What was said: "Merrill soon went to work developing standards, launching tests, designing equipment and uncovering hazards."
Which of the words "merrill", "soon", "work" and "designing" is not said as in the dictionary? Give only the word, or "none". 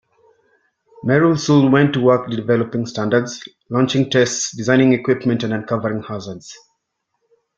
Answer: soon